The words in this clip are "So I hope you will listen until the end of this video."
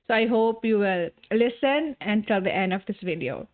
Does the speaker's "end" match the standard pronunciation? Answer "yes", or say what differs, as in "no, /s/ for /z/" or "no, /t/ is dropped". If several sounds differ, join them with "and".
yes